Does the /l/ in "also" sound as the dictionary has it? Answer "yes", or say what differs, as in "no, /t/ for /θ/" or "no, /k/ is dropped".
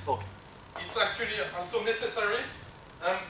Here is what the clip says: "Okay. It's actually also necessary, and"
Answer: no, /l/ is dropped